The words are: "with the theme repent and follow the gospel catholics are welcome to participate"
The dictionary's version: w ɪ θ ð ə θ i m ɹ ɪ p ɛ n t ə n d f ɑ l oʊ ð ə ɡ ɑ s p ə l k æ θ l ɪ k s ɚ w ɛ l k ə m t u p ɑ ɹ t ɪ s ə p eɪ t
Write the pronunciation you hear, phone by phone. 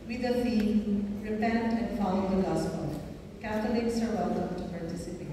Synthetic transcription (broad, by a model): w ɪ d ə f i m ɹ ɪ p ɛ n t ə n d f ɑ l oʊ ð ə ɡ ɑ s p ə k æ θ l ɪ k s ɚ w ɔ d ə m t u p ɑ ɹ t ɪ s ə p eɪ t